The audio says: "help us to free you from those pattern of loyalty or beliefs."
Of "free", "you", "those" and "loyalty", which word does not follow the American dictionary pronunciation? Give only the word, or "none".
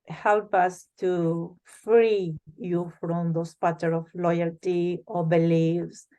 those